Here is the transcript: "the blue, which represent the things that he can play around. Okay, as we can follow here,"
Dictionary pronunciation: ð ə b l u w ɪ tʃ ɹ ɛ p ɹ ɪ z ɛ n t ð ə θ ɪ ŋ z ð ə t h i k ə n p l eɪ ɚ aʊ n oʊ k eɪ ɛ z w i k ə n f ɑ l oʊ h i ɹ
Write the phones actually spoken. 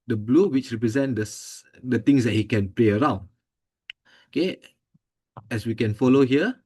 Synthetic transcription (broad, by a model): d ə b l u w ɪ tʃ ɹ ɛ p ɹ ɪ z ɛ n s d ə t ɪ ŋ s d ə t h i k ə n p l eɪ ɚ aʊ n oʊ k eɪ ɛ s w i k ə n f ɑ l oʊ h i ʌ